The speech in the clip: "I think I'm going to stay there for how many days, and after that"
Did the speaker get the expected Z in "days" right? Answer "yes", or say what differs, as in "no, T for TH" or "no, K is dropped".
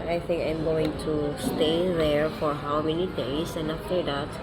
no, S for Z